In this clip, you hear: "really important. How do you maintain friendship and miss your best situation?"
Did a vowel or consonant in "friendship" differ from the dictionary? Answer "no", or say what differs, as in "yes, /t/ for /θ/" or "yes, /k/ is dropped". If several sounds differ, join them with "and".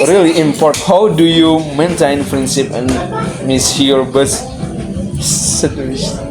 yes, /p/ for /f/ and /s/ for /ʃ/